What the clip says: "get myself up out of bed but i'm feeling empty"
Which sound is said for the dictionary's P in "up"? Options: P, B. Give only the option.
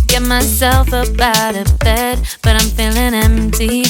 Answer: B